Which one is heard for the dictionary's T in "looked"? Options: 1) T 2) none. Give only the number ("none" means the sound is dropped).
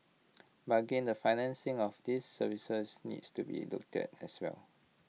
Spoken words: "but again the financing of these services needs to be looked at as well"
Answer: 1